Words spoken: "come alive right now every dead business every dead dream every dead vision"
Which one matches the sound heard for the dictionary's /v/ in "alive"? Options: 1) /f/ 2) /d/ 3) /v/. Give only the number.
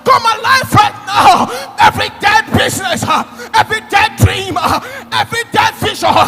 1